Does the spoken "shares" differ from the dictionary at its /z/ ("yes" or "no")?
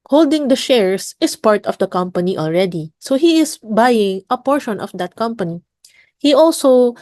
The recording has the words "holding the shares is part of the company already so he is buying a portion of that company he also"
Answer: yes